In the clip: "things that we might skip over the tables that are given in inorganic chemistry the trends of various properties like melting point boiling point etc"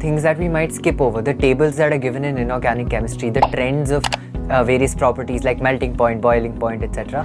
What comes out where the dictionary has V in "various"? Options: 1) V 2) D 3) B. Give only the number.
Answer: 1